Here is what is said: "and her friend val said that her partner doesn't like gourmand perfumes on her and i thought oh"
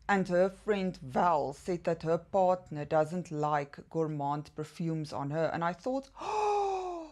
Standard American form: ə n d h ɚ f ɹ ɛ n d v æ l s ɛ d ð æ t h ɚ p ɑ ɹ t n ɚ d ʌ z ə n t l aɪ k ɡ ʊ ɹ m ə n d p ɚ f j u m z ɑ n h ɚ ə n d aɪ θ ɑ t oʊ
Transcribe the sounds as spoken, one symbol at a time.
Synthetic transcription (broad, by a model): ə n d h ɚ f ɹ ɛ n d v æ l s ɛ d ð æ t h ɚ p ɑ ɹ t n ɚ d ʌ z ə n t l aɪ k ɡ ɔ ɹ m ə n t p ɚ f j u m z ɑ n h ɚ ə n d aɪ θ ɑ t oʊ